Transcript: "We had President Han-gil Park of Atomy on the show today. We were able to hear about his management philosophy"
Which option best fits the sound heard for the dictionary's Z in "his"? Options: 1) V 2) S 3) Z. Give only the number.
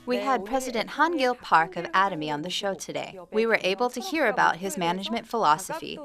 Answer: 3